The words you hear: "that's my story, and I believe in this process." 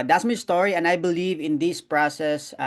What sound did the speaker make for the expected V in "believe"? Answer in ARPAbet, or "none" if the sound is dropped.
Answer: V